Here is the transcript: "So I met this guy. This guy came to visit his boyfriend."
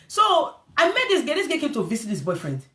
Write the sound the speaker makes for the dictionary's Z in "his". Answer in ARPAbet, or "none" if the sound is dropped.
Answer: S